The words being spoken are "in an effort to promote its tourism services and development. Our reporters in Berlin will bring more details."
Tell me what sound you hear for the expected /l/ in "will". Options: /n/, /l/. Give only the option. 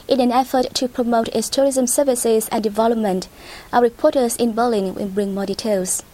/n/